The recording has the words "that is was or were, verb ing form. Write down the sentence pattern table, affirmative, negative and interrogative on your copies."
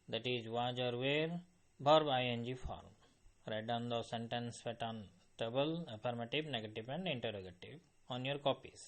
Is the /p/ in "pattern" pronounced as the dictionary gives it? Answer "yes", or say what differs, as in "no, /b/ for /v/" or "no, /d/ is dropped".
no, /f/ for /p/